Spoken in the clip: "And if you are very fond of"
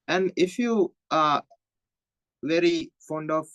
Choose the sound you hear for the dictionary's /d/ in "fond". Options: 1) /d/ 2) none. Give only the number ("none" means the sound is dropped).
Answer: 1